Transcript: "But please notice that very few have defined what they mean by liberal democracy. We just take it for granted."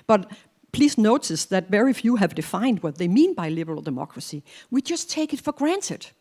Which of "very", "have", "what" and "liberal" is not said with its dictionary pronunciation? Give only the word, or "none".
none